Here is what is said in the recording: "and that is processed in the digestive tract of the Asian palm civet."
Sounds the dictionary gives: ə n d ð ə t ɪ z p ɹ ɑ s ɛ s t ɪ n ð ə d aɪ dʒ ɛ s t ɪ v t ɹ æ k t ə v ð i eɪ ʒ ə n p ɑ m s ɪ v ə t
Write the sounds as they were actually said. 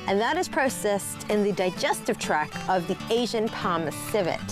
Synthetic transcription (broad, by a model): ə n ð ə t ɪ z p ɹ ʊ s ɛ s t ɪ n ð ə d aɪ dʒ ɛ s t ɪ v t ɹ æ k ə v ð i eɪ ʒ ə n p ɑ m s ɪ v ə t